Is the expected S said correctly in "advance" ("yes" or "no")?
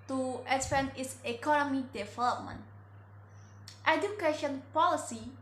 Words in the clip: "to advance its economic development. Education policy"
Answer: no